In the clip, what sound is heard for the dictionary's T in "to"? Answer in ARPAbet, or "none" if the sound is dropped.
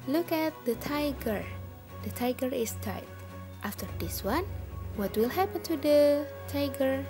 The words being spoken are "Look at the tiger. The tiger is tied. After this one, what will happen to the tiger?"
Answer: T